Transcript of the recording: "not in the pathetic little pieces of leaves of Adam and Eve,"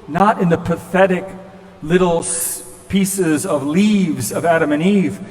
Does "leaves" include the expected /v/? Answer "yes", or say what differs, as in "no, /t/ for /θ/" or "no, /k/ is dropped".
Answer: yes